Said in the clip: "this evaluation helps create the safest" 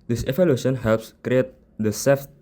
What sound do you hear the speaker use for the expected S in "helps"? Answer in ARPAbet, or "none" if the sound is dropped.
S